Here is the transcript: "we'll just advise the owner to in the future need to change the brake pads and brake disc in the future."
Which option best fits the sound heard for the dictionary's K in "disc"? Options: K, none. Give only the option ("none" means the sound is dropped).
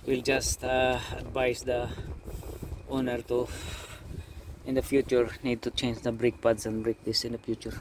none